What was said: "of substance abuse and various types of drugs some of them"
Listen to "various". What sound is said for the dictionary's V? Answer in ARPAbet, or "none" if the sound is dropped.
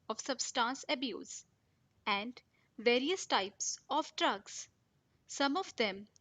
V